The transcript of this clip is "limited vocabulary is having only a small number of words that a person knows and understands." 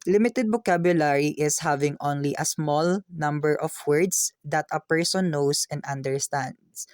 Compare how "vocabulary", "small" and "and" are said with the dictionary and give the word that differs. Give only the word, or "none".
vocabulary